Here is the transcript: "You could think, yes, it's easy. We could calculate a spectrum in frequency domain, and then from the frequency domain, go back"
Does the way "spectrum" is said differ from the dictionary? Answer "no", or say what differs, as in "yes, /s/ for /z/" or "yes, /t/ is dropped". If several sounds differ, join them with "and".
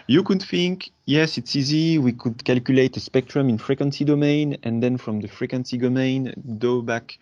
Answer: no